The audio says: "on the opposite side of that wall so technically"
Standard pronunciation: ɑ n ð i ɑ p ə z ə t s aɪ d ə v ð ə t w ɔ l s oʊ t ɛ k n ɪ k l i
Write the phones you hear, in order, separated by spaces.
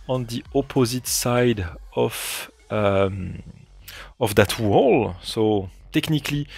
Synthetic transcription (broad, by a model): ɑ n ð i ɑ p ə z ə t s aɪ d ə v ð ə t w ɔ l s oʊ t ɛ k n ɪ k l i